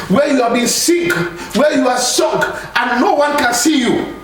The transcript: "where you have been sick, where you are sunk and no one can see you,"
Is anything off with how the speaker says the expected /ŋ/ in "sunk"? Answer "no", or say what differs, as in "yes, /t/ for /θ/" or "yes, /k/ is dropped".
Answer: yes, /ŋ/ is dropped